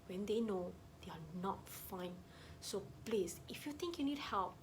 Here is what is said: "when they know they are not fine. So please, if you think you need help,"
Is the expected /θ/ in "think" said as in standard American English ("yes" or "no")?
no